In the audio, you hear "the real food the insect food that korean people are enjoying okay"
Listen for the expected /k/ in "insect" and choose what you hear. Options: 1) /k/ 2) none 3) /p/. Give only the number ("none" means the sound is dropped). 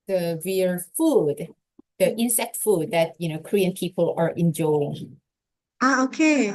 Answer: 1